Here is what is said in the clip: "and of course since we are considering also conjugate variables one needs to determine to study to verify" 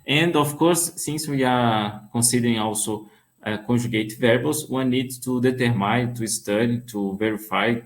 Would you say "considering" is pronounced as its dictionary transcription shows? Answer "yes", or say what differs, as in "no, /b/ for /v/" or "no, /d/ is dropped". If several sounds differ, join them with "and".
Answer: no, /n/ is dropped